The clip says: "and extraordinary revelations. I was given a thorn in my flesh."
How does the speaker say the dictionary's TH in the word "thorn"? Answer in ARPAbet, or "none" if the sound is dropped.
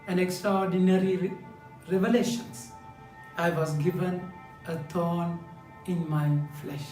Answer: T